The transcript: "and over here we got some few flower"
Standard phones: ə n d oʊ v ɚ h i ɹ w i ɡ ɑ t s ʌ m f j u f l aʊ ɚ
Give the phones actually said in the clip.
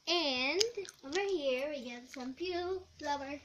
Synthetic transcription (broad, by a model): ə n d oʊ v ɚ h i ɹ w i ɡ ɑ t s ʌ m p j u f l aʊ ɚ